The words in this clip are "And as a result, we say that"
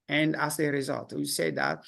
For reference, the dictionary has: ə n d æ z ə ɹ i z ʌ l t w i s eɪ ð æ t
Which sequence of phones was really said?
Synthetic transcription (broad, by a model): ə n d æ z ə ɹ i z ʌ l t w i s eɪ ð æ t